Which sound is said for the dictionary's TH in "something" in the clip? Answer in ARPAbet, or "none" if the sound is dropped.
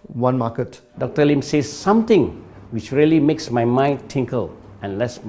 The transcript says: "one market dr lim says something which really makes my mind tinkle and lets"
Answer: T